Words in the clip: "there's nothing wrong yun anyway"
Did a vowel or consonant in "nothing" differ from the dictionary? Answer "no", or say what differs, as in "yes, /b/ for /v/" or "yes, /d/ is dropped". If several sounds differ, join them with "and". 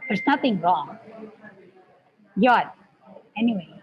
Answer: no